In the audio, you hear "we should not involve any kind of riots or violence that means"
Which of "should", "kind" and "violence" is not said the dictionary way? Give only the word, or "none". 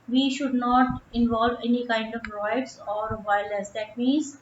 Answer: violence